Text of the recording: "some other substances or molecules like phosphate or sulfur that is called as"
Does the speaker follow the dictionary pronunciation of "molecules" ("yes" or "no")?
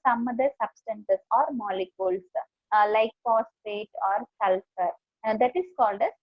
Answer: no